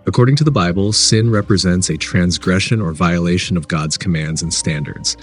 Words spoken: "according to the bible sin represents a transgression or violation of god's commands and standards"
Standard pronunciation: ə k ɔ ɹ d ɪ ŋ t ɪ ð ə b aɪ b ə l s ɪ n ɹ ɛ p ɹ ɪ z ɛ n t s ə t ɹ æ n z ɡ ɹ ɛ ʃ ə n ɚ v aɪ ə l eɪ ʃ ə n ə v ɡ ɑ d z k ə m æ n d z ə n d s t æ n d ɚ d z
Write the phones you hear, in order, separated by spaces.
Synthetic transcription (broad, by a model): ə k ɔ ɹ d ɪ ŋ t ɪ ð ə b aɪ b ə l s ɪ n ɹ ɛ p ɹ ɪ z ɛ n t s ə t ɹ æ n z ɡ ɹ ɛ ʃ ə n ɚ v aɪ ə l eɪ ʃ ə n ə v ɡ ɑ d z k ə m æ n d z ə n s t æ n d ɚ d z